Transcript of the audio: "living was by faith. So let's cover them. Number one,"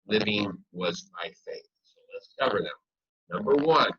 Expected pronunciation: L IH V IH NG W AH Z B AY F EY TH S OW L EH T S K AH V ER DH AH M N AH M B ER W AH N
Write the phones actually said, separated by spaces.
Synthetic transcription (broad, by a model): L IH V IH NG W AH Z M AY F EY TH S OW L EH T S K AH V ER DH AH M N AH M B ER W AH N